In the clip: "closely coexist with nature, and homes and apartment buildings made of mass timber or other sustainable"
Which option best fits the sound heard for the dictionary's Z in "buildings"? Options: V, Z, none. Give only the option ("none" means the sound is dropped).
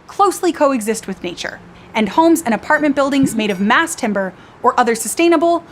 Z